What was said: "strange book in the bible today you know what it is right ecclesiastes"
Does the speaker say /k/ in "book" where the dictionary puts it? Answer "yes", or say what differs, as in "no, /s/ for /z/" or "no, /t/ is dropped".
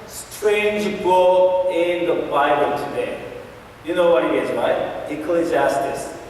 no, /k/ is dropped